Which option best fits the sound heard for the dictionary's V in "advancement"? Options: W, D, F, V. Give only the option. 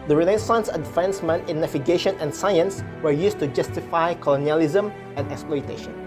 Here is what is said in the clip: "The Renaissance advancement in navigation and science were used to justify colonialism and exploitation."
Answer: F